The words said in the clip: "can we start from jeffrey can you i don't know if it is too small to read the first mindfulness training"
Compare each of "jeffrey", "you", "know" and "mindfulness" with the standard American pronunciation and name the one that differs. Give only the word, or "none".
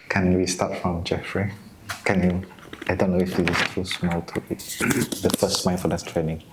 mindfulness